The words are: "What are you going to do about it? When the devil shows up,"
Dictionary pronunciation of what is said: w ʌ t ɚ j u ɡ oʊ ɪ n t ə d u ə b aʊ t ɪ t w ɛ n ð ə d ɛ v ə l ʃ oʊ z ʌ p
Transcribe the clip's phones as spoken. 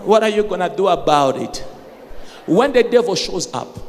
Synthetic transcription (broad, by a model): w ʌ t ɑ j u ɡ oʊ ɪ n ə d u ə b aʊ t ɪ t w ɛ n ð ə d ɛ v ə l ʃ oʊ z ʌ p